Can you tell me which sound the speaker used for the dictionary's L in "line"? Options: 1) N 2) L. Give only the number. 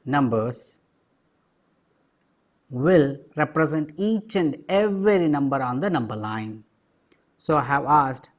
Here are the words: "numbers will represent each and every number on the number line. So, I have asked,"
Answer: 2